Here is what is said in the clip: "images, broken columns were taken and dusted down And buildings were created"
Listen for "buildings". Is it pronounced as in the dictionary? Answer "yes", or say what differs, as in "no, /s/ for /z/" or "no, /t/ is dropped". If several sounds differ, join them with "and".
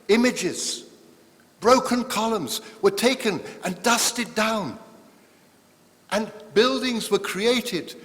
yes